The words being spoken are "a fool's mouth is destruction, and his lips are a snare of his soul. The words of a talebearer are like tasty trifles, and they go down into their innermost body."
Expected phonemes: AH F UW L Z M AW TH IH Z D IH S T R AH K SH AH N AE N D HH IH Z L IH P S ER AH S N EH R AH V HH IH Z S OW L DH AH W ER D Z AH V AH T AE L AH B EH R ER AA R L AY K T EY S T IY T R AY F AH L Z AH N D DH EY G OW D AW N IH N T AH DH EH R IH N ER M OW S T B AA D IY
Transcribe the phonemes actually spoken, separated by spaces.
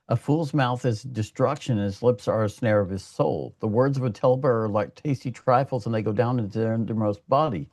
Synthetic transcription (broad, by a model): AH F UW L Z M AW TH IH Z D IH S T R AH K SH AH N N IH Z L IH P S ER AH S N EH R AH V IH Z S OW L DH AH W ER D Z AH V AH T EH L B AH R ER R L AY K T EY S T IY T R AY F L Z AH N DH EY G OW D AW N IH N T AH R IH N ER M OW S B AA D IY